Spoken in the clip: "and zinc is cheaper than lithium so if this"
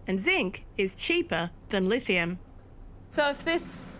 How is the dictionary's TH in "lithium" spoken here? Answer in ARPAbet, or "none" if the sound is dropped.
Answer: TH